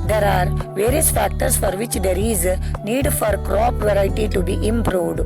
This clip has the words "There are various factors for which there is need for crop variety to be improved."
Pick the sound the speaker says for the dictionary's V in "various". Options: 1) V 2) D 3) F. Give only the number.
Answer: 1